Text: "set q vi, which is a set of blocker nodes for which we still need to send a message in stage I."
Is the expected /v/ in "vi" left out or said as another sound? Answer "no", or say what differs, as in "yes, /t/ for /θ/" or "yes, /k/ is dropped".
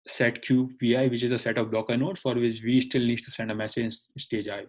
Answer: yes, /p/ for /v/